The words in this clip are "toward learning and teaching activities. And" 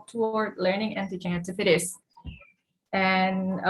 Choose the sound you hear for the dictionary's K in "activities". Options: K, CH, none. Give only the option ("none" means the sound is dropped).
none